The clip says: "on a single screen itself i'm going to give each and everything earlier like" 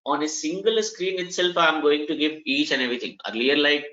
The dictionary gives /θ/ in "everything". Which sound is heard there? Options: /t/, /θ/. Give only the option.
/t/